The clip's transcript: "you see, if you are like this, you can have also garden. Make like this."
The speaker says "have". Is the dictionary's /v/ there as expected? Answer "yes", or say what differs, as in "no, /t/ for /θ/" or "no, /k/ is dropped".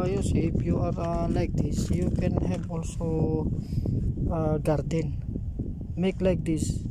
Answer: no, /b/ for /v/